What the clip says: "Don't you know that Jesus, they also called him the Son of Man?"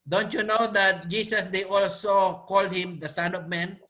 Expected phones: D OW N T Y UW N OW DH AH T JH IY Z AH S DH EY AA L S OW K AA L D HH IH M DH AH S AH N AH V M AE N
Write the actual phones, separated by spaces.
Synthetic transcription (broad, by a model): D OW N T Y UW N OW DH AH T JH IY S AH S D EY AA L S OW K AA L D HH IH M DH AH S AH N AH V M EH N